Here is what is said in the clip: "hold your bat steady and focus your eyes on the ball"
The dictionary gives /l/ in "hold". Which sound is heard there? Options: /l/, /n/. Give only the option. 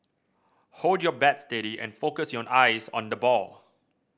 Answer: /l/